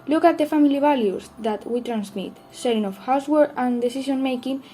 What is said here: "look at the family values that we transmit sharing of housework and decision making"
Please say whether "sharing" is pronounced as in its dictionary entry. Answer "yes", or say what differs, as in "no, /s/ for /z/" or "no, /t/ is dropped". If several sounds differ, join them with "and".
no, /s/ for /ʃ/